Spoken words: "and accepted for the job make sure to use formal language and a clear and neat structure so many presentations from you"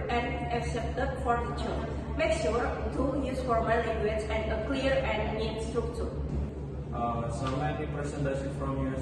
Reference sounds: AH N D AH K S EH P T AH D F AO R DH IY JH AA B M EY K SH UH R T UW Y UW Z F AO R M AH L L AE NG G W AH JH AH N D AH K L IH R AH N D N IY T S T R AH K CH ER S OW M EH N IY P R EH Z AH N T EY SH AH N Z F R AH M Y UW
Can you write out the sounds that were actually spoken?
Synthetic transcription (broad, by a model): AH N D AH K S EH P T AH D F AO R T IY CH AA M EY K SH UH R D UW Y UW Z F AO R M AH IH L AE NG G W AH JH AH N D AH K L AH R AH N D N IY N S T UW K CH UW S OW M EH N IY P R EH S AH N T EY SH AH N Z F R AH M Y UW